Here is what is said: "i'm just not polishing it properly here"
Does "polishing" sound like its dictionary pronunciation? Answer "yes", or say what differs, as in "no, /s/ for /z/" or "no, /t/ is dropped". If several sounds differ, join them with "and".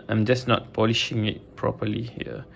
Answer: yes